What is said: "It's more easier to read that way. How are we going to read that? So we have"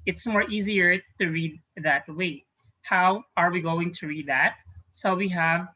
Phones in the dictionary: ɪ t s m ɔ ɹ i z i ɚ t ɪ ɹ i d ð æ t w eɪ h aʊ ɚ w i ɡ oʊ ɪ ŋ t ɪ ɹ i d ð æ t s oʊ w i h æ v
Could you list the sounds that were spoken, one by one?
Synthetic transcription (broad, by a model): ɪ t s m ɔ ɹ i z i ɚ t ɪ ɹ i d ð æ t w eɪ h aʊ ɚ w i ɡ oʊ ɪ ŋ t ɪ ɹ i d ð æ t s oʊ w i h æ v